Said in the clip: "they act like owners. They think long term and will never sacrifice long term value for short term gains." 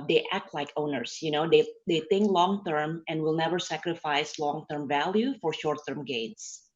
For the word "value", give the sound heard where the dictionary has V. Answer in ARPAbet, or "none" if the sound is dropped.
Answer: V